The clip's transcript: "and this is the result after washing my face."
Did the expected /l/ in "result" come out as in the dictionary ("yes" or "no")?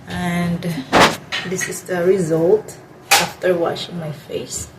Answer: yes